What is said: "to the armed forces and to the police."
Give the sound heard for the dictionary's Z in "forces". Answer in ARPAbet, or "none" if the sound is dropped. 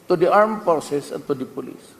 S